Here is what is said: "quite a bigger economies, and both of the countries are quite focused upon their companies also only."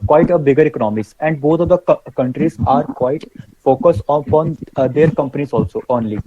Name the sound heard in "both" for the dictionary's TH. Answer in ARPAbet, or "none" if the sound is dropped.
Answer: T